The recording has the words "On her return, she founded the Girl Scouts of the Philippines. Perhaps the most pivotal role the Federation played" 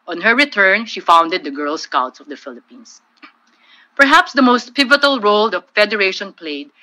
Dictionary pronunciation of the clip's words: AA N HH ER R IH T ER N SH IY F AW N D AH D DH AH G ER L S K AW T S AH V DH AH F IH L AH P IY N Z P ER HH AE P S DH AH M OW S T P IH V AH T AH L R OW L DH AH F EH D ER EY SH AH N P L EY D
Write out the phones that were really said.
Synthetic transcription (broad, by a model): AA N HH ER R IH T ER N SH IY F AW N D AH D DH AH G ER L S K AW T S AH V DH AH F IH L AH P IY N S P ER HH AE P S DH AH M OW S T P IH V AH T AH L R OW L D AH F EH D ER EY SH AH N P L EY D